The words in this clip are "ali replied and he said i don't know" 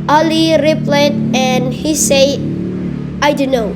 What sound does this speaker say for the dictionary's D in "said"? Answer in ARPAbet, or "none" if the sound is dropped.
none